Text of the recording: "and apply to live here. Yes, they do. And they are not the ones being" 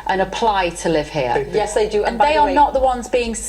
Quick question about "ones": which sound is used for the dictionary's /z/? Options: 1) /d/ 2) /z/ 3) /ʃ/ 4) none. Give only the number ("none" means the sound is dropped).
2